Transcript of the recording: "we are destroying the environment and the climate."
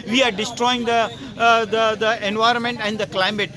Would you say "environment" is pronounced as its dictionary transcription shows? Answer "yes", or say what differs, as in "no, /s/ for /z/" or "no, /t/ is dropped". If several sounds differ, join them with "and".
yes